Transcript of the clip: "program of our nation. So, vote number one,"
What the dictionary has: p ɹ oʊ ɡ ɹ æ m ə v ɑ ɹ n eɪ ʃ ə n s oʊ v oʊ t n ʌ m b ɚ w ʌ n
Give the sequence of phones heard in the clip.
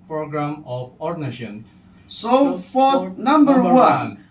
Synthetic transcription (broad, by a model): p ɹ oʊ ɡ ɹ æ m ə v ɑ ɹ n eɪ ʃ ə n s oʊ f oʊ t n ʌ m b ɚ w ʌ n